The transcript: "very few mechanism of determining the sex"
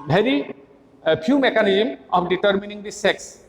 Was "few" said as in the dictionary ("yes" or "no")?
no